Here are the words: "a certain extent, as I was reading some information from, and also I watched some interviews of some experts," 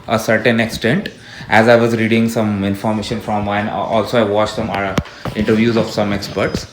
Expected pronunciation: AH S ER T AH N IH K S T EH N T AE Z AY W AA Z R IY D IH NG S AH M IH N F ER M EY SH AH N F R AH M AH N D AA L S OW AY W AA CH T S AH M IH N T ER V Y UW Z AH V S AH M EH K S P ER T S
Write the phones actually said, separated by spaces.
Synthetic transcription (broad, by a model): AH S ER T AH N IH K S T EH N T AE Z AY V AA Z R IY D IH NG S AH M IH N F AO M EY SH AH N F R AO M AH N AA L S OW AY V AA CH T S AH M IH N T ER V Y UW Z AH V S AH M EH K S P ER T S